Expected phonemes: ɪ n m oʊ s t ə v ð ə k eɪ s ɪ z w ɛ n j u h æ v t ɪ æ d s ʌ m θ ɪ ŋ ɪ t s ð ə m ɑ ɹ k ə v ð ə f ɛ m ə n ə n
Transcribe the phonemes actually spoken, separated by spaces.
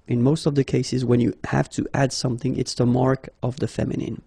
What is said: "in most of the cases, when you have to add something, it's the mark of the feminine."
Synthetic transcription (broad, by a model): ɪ n m oʊ s t ə v ð ə k eɪ s ɪ z w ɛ n j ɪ h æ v t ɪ æ d s ʌ m θ ɪ ŋ ɪ t s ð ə m ɑ ɹ k ə v ð ə f ɛ m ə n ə n